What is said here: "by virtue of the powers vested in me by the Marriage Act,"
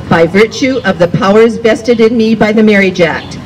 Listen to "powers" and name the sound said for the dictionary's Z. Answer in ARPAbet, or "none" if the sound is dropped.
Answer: Z